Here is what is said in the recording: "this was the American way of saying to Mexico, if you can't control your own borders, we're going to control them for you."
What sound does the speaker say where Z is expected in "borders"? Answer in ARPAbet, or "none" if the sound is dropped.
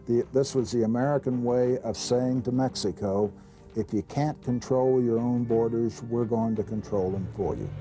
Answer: Z